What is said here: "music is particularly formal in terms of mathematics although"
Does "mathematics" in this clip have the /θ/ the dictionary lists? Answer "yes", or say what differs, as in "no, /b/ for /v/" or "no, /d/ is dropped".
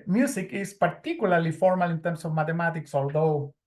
no, /t/ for /θ/